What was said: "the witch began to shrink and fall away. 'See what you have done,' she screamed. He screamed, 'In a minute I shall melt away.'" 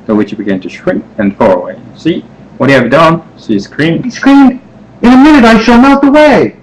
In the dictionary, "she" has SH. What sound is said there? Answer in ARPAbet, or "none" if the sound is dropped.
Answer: S